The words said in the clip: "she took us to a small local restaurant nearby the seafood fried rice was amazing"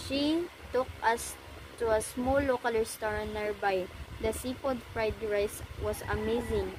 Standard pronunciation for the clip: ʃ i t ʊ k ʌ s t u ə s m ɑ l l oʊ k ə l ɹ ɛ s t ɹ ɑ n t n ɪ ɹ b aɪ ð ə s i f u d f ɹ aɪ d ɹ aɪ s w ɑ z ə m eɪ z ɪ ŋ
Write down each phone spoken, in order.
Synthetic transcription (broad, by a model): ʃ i t ʊ k ʌ s t u ə s m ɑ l l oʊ k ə l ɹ s t ɹ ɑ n n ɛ ɹ b aɪ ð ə s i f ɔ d f ɹ aɪ d ɹ aɪ s w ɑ s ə m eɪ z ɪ ŋ